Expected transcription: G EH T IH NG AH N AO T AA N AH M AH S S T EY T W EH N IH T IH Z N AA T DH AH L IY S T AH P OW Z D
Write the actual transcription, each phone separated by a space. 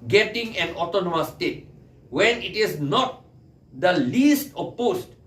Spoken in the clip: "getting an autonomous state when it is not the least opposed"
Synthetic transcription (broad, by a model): G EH T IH NG AH N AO T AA N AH M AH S S T EY T W EH N IH T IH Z N AA T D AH L IY S T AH P OW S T